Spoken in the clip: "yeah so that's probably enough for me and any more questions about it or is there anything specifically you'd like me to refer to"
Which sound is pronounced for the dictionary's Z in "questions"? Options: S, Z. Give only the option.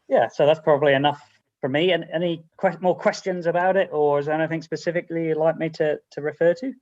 Z